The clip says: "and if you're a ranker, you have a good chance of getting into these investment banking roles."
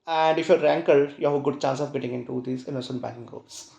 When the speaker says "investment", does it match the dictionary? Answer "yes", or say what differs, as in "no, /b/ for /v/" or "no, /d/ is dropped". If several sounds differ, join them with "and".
no, /v/ is dropped and /m/ is dropped